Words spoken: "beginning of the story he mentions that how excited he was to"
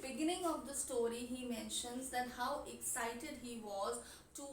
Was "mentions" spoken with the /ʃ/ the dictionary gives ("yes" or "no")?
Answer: yes